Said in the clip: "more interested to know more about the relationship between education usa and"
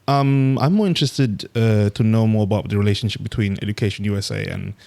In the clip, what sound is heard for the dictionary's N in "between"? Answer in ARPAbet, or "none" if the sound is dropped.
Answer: N